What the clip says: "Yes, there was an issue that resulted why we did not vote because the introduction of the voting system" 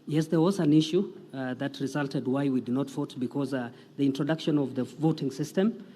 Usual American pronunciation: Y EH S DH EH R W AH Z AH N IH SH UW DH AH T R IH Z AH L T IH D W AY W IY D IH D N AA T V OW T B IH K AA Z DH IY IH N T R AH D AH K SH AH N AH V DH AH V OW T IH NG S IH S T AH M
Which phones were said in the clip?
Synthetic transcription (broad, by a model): Y EH S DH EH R W AH Z AH N IH SH UW DH AH T R IH Z AH L T IH D W AY W IY D IH D N AA T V OW T B IH K AA Z DH IY IH N T R AH D AH K SH AH N AH V DH AH V OW T IH NG S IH S T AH M